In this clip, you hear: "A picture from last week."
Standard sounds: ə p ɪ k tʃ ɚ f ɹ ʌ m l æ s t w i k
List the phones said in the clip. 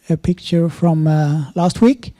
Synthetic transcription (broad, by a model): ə p ɪ k tʃ ɚ f ɹ ʌ m l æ s t w i k